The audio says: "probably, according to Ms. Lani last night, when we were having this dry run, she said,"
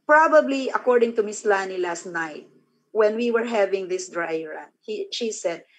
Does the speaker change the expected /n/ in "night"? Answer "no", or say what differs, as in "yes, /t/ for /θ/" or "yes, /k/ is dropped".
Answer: no